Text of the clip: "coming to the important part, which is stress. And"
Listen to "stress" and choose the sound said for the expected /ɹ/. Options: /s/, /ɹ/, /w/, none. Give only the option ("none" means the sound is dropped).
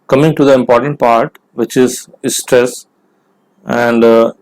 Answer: /ɹ/